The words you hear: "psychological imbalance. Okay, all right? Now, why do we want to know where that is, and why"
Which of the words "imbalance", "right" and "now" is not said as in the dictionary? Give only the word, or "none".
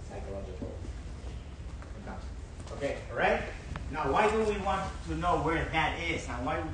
imbalance